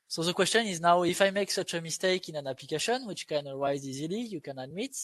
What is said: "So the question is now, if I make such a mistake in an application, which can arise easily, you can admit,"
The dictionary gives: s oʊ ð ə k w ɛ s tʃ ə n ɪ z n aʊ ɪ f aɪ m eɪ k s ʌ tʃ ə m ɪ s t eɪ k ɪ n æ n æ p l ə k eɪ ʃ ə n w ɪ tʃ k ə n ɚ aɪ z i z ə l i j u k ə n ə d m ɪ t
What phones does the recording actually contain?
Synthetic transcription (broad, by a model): s oʊ ð ə k w ɛ s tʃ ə n ɪ z n aʊ ɪ f aɪ m eɪ k s ʌ tʃ ə m ɪ s t eɪ k ɪ n æ n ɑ p l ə k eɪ ʃ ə n w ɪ tʃ k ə n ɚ aɪ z i z ə l i j u k ə n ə d m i t